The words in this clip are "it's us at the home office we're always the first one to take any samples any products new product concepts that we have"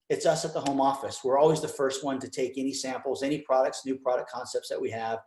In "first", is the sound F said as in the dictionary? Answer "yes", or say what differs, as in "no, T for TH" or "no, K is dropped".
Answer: yes